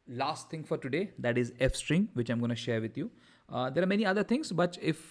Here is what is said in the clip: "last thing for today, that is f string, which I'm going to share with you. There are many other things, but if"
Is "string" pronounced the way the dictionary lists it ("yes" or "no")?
yes